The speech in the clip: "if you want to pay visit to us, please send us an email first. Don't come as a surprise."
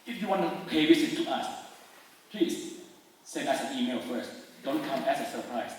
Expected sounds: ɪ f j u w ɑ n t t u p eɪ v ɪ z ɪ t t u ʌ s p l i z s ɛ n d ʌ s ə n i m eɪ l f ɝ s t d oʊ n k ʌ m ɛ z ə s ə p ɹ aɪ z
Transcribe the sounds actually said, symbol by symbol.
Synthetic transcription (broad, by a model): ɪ f j u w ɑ n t t u p eɪ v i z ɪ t t u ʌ s p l i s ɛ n ʌ s ə n i m eɪ l f ɝ s t d oʊ n k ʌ m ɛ s ə s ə p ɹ aɪ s